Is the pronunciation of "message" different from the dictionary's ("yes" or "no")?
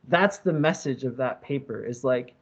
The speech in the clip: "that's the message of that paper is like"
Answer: no